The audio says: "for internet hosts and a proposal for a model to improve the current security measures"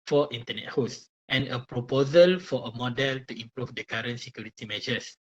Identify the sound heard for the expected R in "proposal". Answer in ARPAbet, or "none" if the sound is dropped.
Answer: R